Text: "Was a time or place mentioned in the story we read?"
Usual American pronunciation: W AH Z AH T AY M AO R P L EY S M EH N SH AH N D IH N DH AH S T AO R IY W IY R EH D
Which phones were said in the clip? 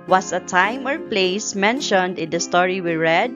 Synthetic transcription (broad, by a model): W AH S AH T AY M AO R P L EY S M EH N SH AH N D IH N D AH S T AO R IY W IY R EH D